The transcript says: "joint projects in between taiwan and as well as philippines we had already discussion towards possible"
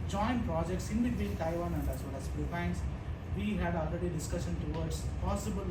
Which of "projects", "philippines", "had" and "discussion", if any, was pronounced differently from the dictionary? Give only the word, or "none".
philippines